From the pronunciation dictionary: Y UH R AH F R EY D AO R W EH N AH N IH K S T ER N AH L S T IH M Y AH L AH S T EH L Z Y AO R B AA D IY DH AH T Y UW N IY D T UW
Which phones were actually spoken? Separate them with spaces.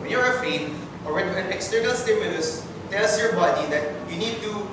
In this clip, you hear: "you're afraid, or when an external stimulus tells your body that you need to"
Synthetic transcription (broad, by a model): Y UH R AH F EY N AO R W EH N AH N IH K S T ER N AH L S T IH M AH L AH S T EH L S Y AO R B AA D IY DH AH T Y UW N IY D T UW